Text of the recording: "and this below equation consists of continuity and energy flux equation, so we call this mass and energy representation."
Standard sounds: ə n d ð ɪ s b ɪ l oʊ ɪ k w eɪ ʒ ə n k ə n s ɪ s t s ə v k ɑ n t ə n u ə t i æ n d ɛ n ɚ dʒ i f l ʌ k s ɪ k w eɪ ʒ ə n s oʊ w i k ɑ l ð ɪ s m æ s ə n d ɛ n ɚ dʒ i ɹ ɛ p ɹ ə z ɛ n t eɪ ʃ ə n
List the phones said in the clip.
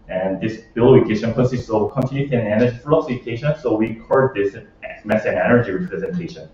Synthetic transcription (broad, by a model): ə n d ð ɪ s b ɪ l oʊ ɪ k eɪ ʃ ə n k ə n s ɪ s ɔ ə k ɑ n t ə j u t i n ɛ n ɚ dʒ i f ʌ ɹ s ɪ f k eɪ ʃ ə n s oʊ w i k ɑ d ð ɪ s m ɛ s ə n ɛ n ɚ dʒ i ɹ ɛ p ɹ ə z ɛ n t eɪ ʃ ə n